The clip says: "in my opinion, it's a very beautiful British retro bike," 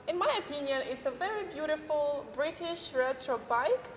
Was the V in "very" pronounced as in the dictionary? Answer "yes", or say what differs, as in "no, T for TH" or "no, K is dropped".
yes